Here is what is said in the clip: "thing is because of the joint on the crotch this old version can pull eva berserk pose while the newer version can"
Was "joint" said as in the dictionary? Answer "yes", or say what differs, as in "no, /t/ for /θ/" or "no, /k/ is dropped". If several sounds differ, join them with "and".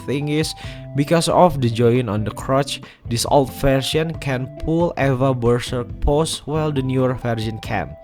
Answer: no, /t/ is dropped